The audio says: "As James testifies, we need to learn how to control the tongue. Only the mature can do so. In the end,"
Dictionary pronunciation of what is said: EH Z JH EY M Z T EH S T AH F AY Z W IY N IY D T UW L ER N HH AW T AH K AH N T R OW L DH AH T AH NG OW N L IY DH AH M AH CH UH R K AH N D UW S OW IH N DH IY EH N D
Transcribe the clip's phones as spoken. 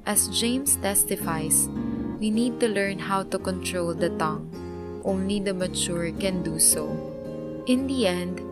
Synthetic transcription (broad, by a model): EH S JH EY M S T EH S T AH F AY S W IY N IY D T UW L ER N HH AW T AH K AH N T R OW L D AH T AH NG OW N L IY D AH M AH CH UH R K AH N D UW S OW IH N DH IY EH N D